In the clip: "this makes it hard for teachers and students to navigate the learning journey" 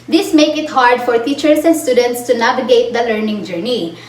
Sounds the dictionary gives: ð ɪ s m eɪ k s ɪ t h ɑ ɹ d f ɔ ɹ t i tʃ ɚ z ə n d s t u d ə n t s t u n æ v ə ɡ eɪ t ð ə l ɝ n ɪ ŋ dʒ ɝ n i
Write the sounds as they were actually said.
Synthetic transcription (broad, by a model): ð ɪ s m eɪ k ɪ t h ɑ ɹ d f ɔ ɹ t i tʃ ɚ s ə n d s t u d ə n t s t u n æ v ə ɡ eɪ t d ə l ɝ n ɪ ŋ dʒ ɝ n i